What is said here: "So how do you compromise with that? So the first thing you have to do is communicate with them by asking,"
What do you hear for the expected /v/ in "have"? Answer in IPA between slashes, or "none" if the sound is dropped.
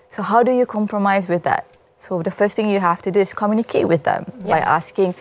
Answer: /f/